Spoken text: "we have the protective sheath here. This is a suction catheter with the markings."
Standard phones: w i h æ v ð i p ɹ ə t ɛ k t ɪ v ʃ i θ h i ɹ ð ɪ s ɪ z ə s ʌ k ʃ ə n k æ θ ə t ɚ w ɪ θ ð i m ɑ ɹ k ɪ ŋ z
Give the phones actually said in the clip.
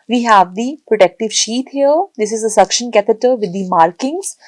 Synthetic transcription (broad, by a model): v i h æ v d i p ɹ ə t ɛ k t ɪ v ʃ i t h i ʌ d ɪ s ɪ z ə s ʌ k ʃ ə n k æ t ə t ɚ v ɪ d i m ɑ ɹ k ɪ ŋ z